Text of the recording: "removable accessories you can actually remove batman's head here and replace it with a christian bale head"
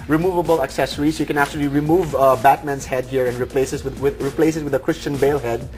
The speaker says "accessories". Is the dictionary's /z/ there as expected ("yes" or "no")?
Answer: no